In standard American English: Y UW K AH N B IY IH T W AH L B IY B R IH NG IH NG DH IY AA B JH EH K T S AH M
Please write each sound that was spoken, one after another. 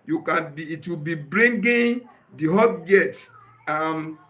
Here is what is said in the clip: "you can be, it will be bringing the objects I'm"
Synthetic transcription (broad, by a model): Y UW K AH N B IY T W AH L B IY B R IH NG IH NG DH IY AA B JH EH T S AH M